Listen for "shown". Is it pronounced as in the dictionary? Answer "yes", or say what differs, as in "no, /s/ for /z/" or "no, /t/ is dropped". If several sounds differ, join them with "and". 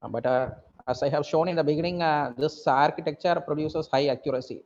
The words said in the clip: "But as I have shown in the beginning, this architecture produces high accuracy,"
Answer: yes